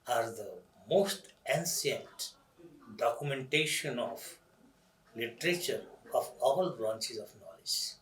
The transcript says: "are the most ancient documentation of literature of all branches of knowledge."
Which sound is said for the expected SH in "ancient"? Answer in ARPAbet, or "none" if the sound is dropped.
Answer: S